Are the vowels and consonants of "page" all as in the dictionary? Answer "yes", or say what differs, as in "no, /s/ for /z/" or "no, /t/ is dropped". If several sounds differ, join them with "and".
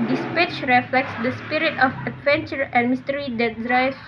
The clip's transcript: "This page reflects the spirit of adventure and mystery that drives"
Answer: no, /tʃ/ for /dʒ/